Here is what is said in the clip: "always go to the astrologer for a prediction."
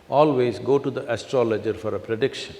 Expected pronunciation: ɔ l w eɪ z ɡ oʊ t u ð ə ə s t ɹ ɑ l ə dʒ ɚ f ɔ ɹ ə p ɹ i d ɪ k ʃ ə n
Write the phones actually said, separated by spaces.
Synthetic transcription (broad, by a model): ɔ l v eɪ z ɡ oʊ t u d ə ə s t ɹ ɑ l ə dʒ ɚ f ɔ ɹ ə p ɹ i d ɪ k ʃ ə n